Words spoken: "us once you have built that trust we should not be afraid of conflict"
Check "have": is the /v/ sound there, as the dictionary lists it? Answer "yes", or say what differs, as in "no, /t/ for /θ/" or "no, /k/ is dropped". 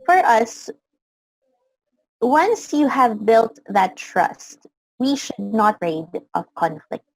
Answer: yes